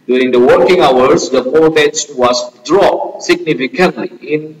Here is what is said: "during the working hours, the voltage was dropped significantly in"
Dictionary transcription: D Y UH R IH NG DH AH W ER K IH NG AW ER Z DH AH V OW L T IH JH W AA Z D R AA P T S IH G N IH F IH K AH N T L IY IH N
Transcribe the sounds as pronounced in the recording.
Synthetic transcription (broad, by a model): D Y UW R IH NG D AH W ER K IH NG AW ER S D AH P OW T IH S W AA S D R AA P S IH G N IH F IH K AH N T L IY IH N